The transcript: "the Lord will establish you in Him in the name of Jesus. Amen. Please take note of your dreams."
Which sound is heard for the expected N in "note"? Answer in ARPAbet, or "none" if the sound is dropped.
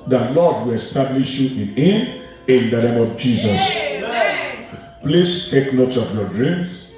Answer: N